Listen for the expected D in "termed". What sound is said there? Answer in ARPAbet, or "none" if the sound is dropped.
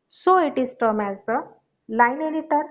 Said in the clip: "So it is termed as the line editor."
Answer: none